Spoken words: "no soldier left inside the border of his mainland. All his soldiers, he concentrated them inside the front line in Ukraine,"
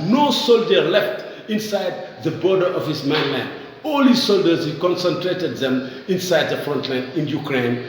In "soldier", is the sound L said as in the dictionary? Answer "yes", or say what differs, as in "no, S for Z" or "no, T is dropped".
yes